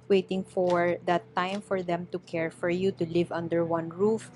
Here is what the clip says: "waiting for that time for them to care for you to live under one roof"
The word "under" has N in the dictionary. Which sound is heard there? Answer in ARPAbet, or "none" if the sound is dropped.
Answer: N